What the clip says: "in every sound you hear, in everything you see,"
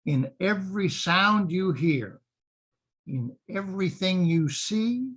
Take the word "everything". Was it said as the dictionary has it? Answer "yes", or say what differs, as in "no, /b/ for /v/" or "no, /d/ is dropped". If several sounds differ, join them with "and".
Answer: yes